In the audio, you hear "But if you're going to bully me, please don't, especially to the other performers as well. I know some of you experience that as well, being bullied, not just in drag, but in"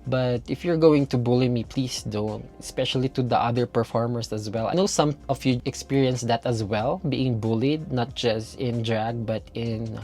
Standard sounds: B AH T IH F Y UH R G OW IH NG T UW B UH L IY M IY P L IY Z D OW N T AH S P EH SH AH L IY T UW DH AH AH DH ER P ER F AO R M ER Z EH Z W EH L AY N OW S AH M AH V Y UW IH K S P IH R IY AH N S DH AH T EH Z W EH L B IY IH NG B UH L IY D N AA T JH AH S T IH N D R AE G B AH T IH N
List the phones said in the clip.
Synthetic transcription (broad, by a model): B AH T IH F Y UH R G OW IH NG T UW B UH L IY M IY P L IY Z D OW N T AH S P EH SH AH L IY T UW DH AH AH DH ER P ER F AO R M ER S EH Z W EH L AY N OW S AH M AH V Y UW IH K S P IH R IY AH N S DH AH T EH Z W EH L B IY IH NG B UH L IY D N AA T JH AH S T IH N D R AE G B AH T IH N